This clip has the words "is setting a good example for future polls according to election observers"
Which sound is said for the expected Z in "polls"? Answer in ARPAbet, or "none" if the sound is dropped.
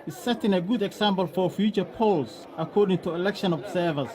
S